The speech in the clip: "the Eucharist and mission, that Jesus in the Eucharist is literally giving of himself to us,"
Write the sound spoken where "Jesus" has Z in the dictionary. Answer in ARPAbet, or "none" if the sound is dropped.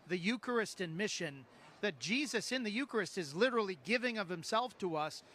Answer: Z